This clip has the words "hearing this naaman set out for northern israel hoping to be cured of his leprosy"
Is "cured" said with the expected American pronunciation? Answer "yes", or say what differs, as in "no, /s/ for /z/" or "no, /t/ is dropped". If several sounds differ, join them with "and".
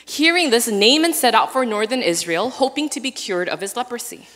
yes